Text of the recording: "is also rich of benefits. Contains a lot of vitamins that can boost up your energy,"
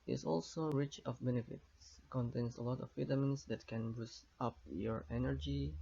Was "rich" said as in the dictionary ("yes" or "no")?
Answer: yes